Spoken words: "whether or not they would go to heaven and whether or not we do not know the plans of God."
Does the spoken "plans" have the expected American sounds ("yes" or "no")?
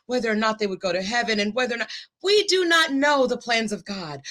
yes